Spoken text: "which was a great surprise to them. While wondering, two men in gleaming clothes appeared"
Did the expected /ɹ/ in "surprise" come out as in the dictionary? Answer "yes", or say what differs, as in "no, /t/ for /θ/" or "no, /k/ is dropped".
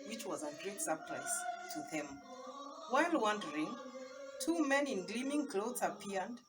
no, /l/ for /ɹ/